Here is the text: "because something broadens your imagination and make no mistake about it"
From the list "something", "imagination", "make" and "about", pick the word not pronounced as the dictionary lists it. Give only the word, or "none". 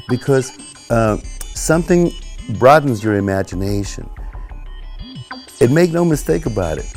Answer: none